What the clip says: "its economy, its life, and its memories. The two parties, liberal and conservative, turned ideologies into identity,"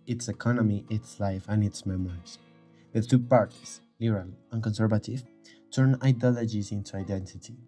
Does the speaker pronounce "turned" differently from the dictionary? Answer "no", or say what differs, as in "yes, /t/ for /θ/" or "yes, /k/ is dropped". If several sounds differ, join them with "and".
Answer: yes, /d/ is dropped